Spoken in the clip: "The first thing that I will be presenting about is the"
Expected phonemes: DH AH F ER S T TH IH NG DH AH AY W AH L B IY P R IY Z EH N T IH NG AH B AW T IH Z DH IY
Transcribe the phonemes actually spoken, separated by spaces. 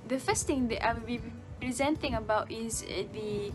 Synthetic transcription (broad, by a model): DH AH F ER S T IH NG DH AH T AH W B IY P R IY Z EH N T IH NG AH B AW T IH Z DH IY